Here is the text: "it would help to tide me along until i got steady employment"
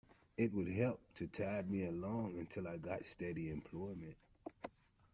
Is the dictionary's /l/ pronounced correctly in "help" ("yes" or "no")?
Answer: yes